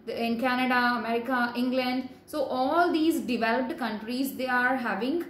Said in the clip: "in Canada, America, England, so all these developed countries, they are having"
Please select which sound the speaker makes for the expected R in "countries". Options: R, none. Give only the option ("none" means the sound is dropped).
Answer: R